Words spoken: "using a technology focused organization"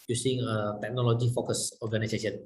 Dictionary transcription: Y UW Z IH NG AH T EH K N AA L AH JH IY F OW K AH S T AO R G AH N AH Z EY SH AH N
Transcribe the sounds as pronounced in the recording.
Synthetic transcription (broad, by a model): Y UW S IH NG AH T EH K N AA L AH JH IY F OW K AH S AO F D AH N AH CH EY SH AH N